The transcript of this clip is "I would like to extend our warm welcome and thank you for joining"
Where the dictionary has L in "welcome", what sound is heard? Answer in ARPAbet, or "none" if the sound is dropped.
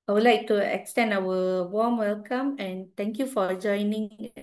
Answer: L